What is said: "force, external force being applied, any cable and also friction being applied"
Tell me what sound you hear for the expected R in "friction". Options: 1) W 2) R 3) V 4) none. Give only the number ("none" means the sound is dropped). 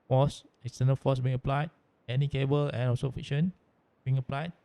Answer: 4